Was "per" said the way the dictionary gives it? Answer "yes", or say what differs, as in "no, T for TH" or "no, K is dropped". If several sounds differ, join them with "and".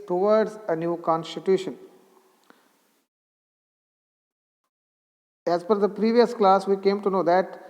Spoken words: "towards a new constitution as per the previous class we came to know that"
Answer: no, F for P